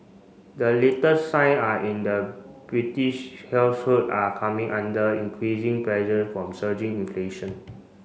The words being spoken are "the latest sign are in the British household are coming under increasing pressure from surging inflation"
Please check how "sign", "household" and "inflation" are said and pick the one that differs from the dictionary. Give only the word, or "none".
household